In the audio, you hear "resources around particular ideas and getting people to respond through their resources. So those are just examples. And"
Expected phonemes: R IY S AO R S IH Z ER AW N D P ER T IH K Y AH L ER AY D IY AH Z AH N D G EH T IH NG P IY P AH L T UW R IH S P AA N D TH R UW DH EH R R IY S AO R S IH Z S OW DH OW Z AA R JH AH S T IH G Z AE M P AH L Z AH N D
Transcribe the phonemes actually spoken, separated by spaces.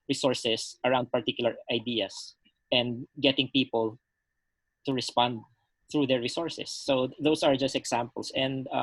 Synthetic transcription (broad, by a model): R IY S AO R S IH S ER AW N D P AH T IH K Y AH L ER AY D IY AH S AH N D G EH T IH NG P IY P AH L T UW R IH S P AA N D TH R UW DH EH R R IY S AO R S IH S OW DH OW S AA R JH AH S T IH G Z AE M P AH L S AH N D